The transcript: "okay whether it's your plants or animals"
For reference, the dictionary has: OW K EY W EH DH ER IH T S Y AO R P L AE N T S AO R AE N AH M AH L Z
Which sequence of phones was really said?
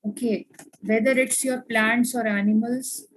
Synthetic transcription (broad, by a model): OW K EY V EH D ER IH T S Y AO R P L AE N T S AO R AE N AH M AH L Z